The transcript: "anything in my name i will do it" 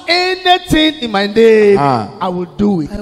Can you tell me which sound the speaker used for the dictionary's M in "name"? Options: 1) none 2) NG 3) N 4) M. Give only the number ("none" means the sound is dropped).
1